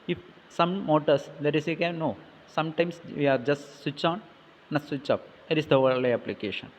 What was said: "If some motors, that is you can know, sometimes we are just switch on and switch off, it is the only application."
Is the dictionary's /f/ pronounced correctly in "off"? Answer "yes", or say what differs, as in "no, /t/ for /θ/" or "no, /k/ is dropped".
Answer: no, /p/ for /f/